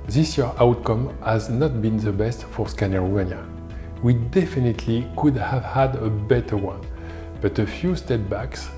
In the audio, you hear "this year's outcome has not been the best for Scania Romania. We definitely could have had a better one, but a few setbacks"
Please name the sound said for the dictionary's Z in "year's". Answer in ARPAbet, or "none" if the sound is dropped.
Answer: none